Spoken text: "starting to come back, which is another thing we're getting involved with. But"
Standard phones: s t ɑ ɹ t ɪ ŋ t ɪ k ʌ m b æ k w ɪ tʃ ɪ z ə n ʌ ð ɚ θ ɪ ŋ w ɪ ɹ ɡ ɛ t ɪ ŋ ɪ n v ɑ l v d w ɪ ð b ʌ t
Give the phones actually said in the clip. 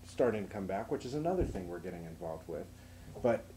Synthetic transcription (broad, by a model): s t ɑ ɹ t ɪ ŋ t ɪ k ʌ m b æ k w ɪ tʃ ɪ z ə n ʌ ð ɚ θ ɪ ŋ w ɪ ɹ ɡ ɛ t ɪ ŋ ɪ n v ɑ l v d w ɪ ð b ʌ t